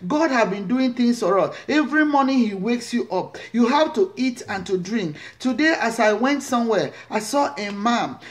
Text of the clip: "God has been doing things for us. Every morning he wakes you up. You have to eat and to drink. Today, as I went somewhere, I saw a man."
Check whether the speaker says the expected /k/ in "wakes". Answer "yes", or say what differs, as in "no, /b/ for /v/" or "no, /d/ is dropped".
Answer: yes